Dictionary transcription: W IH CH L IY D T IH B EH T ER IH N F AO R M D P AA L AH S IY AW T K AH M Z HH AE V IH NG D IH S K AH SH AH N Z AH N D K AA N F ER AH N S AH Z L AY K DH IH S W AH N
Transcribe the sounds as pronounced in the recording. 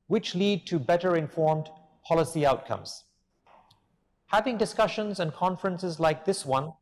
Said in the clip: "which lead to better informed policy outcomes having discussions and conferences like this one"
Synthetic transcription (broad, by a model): W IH CH L IY D T IH B EH T ER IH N F AO R M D P AA L AH S IY AW T K AH M Z HH AE V IH NG D IH S K AH SH AH N Z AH N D K AA N F ER AH N S AH Z L AY K DH IH S W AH N